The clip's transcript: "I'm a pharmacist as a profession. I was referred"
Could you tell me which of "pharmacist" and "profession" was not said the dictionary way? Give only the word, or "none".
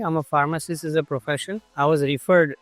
pharmacist